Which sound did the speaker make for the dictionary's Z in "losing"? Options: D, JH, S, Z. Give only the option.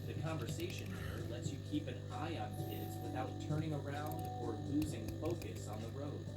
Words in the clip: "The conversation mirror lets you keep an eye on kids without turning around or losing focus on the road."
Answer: Z